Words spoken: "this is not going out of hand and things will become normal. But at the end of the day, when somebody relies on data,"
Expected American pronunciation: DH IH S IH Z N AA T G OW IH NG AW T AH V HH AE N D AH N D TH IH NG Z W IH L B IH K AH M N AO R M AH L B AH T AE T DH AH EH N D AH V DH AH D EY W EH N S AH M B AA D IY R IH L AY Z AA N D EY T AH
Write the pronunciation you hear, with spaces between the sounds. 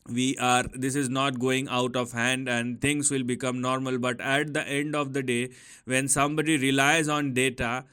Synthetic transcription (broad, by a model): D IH S IH Z N AA T G OW IH NG AW T AH V HH AE N D AH N D T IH NG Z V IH L B IH K AH M N AO R M AH L B AH T AE T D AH EH N D AH V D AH D EY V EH N S AH M B AA D IY R IH L AY Z AA N D EY T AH